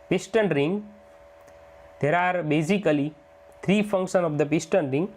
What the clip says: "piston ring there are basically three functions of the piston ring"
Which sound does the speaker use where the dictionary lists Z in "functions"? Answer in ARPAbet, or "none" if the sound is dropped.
none